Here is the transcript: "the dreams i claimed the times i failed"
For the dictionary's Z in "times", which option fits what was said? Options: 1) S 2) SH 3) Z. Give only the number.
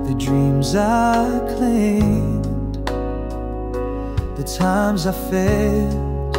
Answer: 3